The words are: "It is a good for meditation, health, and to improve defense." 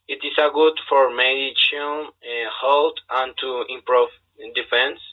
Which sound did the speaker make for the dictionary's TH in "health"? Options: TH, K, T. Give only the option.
T